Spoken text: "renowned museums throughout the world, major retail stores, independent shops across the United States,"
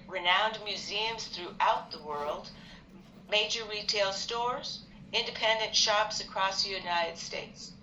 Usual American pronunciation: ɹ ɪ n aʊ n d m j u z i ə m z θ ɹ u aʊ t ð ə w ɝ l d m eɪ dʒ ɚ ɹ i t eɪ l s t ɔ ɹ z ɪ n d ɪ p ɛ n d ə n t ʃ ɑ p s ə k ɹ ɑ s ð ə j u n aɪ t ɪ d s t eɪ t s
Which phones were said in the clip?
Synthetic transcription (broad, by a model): ɹ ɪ n aʊ n d m j u z i ə m z θ ɹ u aʊ t ð ə w ɝ l d m eɪ dʒ ɚ ɹ i t eɪ l s t ɔ ɹ z ɪ n d ɪ p ɛ n d ə n t ʃ ɑ p s ə k ɹ ɑ s ð ə j u n aɪ t ɪ d s t eɪ t s